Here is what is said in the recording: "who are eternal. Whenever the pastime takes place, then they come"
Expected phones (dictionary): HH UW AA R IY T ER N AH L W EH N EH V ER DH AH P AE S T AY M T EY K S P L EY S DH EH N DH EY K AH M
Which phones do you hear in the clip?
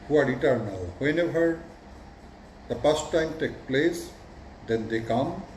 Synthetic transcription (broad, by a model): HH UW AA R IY T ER N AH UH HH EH N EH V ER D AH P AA S T AY M T EY K P L EY S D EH N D EY K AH M